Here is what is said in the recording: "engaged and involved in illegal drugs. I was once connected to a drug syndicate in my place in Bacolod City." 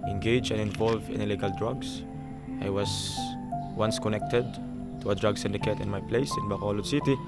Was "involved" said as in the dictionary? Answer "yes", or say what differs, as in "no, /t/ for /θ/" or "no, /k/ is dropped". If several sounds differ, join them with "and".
no, /d/ is dropped